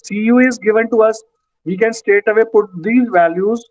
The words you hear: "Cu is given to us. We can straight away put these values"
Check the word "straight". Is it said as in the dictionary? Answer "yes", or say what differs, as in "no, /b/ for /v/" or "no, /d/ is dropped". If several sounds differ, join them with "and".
no, /ɹ/ is dropped